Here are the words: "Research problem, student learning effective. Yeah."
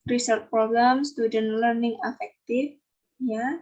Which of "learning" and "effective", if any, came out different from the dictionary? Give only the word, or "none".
effective